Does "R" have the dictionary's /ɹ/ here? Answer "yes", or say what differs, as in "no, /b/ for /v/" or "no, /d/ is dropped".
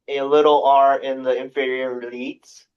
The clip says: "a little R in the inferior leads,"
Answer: yes